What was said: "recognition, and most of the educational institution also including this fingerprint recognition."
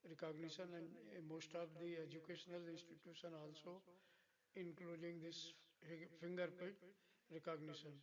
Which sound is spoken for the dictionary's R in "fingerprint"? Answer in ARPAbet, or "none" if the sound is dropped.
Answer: none